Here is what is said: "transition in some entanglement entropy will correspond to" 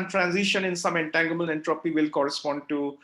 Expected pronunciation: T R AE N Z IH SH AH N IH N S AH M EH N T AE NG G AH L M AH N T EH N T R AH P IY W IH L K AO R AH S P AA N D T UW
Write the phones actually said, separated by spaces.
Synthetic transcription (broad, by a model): T R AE N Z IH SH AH N IH N S AH M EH N T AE NG G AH M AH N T EH N T R AH P IY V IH L K AO R AH S P AA N D T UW